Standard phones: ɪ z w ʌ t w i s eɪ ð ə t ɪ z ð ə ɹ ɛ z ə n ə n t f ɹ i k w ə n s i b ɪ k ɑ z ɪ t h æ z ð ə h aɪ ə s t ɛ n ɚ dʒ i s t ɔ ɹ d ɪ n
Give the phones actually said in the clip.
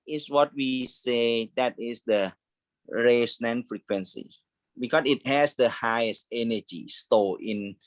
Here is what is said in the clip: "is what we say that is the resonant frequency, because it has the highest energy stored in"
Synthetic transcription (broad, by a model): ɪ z w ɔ t w i s eɪ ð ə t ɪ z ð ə ɹ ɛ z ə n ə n f ɹ i k w ə n s i b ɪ k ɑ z ɪ t h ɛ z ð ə h aɪ ə s t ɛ n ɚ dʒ i s t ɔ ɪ n